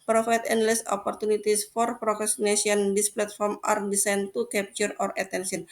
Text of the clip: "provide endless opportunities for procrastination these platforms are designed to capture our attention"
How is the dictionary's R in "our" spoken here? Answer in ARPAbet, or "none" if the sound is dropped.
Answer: R